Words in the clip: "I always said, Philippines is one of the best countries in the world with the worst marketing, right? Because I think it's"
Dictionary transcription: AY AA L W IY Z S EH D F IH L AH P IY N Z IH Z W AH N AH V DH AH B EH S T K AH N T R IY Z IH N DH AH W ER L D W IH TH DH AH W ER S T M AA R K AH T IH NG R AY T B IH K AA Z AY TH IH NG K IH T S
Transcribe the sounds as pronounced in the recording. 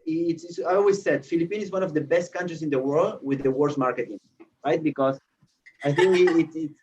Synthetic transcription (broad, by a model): AY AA L W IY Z S EH D F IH L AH P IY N IH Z W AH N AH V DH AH B EH S T K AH N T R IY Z IH N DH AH W ER L D W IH DH AH W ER S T M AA R K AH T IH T R AY T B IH K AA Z AY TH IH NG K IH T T